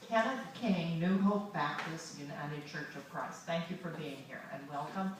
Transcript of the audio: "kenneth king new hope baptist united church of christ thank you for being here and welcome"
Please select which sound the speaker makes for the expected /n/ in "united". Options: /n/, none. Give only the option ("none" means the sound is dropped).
/n/